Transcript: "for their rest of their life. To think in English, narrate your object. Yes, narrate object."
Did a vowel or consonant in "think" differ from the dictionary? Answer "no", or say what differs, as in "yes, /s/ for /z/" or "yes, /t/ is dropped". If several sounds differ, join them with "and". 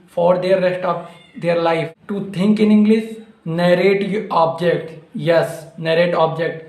yes, /t/ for /θ/